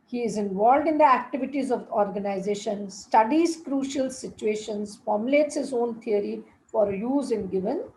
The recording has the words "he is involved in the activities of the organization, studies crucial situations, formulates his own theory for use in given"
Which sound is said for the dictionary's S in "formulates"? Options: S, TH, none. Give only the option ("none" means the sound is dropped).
S